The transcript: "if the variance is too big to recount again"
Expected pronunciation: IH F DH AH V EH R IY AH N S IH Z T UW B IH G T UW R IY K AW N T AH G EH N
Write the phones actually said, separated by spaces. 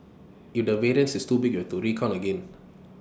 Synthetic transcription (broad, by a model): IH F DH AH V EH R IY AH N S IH S T UW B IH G T UW R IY K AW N AH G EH N